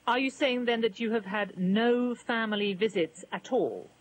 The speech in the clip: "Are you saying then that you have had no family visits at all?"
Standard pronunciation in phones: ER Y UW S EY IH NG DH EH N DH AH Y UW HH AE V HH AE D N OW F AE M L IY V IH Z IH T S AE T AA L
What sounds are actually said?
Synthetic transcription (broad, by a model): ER Y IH S EY IH NG DH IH N DH AH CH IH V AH D N OW F AE M L IY V IH Z IH T S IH T AA L